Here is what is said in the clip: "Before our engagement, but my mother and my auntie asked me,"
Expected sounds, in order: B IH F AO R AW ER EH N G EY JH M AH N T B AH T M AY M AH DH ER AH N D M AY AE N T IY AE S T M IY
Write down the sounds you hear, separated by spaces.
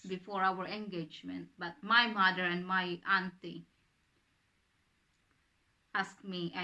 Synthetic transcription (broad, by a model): B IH F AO R AW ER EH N G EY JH M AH N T B AH T M AY M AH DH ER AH N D M AY AE N T IY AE S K M IY